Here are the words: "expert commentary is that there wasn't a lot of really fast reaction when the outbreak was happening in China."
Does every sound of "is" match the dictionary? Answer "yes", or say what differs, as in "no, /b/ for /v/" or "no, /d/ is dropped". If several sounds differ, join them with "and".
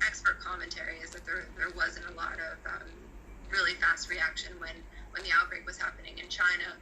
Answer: yes